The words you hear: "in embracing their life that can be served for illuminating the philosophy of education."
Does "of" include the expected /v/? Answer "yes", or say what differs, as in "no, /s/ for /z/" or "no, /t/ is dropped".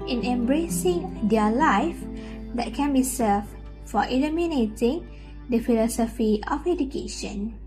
no, /f/ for /v/